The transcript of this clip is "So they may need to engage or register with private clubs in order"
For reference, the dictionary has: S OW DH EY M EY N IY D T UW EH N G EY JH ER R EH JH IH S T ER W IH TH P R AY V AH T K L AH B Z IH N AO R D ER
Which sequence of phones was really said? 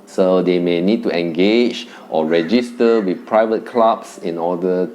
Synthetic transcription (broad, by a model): S OW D EY M EY N IY D T UW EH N G EY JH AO R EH JH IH S T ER W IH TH P R AY V AH T K L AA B S IH N AO D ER